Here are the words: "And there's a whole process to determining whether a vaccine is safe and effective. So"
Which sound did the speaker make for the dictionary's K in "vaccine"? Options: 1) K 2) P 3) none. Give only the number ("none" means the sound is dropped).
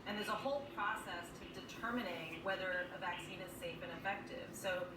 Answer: 1